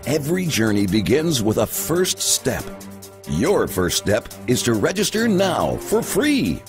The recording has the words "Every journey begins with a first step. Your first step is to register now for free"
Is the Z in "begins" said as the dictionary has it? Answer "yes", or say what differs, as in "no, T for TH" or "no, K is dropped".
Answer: yes